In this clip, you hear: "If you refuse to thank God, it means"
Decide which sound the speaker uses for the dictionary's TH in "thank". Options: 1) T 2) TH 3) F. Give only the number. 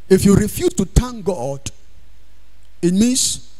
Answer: 1